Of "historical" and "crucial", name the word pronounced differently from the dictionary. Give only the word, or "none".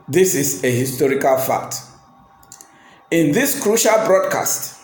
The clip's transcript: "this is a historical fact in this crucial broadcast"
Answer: none